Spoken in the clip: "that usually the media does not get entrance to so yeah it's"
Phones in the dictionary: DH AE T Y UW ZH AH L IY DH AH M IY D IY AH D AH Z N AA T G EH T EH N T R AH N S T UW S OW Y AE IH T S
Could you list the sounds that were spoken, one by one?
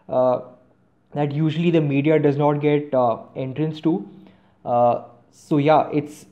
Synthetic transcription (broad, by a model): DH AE T Y UW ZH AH L IY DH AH M IY D IY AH D AH Z N AA T G EH T EH N T R AH N S T UW S OW Y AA IH T S